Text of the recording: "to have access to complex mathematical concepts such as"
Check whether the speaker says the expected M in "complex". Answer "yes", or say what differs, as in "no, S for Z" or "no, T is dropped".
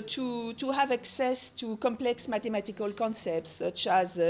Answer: yes